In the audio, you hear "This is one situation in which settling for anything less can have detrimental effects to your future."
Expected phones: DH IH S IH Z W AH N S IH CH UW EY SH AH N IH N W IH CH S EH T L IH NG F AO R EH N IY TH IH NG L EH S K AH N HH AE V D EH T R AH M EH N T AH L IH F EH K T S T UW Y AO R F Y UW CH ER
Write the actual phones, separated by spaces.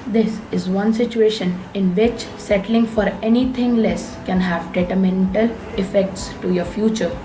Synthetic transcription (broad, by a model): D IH S IH Z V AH N S IH CH UW EY SH AH N IH N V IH CH S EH T L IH NG F AO R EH N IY T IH NG L EH S K AH N HH AE V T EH T AH M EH N T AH L IH F EH K T S T UW Y AO R F Y UW CH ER